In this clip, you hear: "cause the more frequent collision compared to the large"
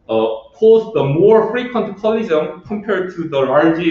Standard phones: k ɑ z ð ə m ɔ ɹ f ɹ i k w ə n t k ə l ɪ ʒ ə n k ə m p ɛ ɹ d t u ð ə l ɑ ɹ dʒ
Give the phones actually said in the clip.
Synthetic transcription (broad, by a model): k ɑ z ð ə m ɔ ɹ f ɹ i k w ə n t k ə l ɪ z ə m k ə m p ɛ ɹ d t u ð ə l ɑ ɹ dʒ